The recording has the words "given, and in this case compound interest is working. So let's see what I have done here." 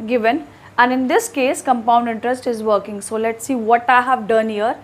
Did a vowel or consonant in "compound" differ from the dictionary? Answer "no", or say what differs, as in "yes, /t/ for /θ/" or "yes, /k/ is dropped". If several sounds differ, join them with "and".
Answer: no